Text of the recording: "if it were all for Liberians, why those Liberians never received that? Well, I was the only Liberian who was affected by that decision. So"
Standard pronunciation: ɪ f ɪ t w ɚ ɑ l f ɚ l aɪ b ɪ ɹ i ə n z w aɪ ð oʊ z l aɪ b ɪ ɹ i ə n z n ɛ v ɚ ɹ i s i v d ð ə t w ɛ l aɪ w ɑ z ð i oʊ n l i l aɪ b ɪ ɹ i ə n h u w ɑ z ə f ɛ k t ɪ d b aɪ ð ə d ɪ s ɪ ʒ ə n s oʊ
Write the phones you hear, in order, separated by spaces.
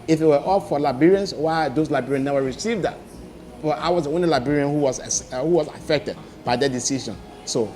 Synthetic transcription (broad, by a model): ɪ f ɪ t w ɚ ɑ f f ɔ l aɪ b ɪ ɹ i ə n s w aɪ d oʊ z l aɪ b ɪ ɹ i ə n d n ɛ w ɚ ɹ i s i v d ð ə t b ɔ aɪ w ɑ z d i oʊ n l i l aɪ b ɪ ɹ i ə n h u w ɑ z ə f ɛ k t ɪ d b aɪ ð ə d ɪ s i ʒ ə n s oʊ